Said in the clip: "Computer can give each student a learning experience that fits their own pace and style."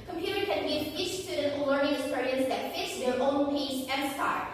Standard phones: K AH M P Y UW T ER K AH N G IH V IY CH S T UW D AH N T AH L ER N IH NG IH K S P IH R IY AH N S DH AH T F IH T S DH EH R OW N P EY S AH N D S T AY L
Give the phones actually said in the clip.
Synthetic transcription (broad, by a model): K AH M P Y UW T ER K AH N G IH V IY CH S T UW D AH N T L L ER N IH NG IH S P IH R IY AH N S DH AH T F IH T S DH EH R OW N P EY S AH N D S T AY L